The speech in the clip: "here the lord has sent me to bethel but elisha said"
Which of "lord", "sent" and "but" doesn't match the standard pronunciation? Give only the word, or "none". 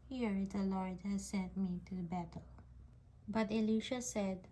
none